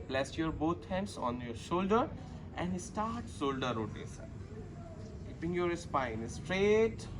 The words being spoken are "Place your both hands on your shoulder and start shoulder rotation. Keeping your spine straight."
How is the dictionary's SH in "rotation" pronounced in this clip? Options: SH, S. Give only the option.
S